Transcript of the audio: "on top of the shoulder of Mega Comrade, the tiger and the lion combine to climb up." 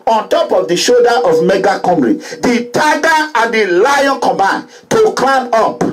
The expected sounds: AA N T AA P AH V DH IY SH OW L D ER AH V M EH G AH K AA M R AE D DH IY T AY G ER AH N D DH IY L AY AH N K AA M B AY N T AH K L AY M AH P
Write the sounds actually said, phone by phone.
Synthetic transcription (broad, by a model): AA N T AA P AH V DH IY SH OW D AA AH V M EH G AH K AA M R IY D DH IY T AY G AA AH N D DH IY L AY AH N K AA M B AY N T AH K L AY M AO P